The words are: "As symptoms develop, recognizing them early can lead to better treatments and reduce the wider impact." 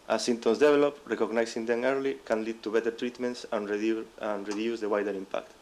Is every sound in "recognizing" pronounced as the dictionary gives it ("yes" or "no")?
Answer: no